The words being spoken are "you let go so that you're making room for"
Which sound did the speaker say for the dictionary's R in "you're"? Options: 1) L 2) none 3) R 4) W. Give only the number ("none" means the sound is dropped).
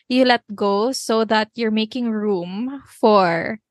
3